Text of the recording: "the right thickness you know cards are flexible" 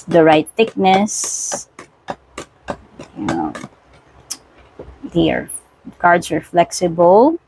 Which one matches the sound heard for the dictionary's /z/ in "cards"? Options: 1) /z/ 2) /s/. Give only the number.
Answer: 2